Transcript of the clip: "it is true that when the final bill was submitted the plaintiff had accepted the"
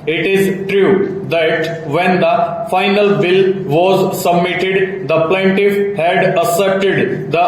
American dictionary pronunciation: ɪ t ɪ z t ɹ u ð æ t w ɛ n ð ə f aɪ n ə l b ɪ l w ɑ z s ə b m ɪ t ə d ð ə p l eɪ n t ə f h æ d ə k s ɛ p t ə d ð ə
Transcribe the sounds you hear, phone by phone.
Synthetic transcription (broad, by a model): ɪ t ɪ z t ɹ u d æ t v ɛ n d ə f aɪ n ə l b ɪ l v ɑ z s ə b m ɪ t ə d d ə p l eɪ n t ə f h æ d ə s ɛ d t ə d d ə